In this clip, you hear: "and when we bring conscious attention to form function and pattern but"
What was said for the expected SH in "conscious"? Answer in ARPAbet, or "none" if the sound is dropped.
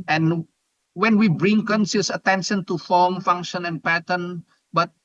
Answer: S